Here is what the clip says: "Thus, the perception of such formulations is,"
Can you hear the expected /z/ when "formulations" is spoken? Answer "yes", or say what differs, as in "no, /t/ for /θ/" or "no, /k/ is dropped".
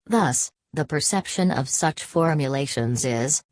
yes